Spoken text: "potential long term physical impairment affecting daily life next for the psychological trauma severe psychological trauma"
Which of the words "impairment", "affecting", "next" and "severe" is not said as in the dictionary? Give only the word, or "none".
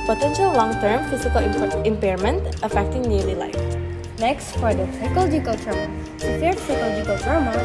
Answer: severe